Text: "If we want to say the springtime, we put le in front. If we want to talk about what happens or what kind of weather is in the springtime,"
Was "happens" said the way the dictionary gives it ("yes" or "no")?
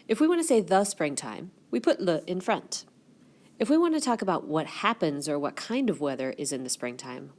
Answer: yes